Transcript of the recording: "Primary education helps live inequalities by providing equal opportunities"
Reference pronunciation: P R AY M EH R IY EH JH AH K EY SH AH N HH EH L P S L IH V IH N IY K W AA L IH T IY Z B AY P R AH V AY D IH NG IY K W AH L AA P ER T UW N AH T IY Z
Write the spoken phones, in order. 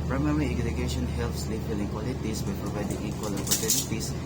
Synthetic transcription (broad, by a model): P R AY M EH R IY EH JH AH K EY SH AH N HH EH L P S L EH F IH L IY K W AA L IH T IY S B AY P R AH V AY D IH NG IY K W AH L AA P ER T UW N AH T IY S